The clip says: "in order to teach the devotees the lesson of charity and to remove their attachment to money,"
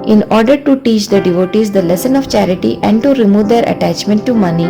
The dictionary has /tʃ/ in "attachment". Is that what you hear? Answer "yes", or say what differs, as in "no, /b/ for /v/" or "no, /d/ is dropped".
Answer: yes